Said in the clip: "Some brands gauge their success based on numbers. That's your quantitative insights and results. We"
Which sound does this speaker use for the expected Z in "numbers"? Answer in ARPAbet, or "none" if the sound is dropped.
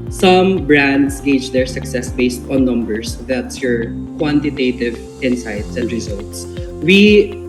S